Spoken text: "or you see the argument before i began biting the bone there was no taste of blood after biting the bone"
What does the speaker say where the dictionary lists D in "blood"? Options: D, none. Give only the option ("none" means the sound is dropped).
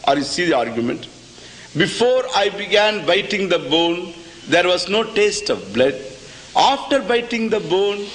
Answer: D